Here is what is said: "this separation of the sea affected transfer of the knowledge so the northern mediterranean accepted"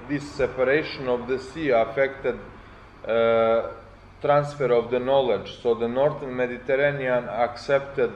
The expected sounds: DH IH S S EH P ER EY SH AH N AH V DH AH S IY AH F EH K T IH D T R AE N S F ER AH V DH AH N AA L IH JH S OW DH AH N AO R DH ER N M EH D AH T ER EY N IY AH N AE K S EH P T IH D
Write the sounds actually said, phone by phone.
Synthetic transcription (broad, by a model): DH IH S S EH P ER EY SH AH N AH V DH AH S IY AH F EH K T IH D T R AE N S F ER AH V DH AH N AA L IH JH S OW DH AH N AO R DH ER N M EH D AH T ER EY N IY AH N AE K S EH P T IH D